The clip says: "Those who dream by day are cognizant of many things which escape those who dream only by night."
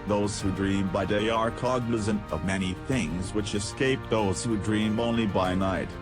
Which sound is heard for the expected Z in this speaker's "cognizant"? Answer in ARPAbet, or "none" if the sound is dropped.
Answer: Z